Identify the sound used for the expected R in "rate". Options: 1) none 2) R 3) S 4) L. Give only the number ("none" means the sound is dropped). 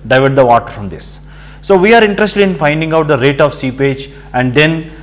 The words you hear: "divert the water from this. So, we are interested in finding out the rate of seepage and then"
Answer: 2